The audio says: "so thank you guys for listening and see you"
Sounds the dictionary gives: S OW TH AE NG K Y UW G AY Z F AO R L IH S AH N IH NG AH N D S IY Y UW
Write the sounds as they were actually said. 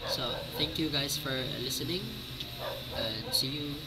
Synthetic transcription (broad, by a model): S OW T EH NG K Y UW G AY S F AO R L IH S AH N IH NG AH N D S IY Y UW